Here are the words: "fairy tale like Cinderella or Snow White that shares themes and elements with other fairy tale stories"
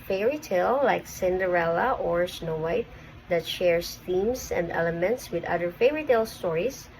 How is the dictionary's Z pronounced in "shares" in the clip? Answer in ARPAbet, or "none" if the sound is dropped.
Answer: S